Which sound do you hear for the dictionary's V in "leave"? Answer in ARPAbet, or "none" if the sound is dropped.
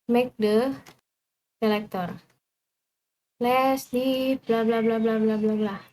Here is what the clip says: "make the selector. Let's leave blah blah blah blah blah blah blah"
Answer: P